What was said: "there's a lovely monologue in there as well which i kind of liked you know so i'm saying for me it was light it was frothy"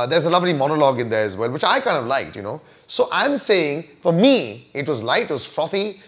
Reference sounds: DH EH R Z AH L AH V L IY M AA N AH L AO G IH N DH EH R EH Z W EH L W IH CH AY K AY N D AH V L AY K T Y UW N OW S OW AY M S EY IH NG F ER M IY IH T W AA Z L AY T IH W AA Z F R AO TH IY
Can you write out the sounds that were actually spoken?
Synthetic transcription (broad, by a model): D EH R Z AH L AH V L IY M AA N AH L AO G IH N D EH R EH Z W EH L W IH CH AY K AY N D AH V L AY K T Y UW N OW S OW AY M S EY IH NG F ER M IY IH T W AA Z L AY T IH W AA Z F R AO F IY